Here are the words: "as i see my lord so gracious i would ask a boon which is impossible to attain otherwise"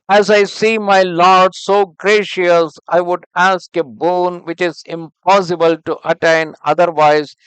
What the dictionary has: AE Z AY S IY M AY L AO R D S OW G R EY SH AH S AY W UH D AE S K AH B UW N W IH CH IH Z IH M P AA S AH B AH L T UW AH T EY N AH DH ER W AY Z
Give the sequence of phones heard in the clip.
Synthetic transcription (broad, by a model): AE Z AY S IY M AY L AO R D S OW G R EY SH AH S AY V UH D AE S K AH B UW N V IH CH IH Z IH M P AA S AH B AH L T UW AH T EY N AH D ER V AY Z